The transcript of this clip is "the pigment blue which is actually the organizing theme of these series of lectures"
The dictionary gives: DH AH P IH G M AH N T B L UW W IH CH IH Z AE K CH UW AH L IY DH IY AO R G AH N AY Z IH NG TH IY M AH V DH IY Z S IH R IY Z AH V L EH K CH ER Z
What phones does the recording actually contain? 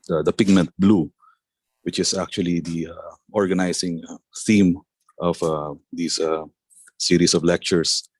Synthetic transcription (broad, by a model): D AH P IH G M AH N T B L UW W IH CH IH S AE K CH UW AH L IY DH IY AO R G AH N AY S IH NG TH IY M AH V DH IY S S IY R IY S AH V L EH K CH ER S